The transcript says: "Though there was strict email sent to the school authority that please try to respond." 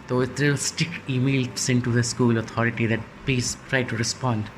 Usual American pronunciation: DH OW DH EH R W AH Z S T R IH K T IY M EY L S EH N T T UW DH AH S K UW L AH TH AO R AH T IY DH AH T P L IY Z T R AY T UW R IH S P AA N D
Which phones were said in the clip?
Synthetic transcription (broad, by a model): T OW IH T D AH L S T IH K IY M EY L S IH N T T UW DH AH S K UW L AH T AO R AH T IY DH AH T P L IY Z T R AY T UW R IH S P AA N D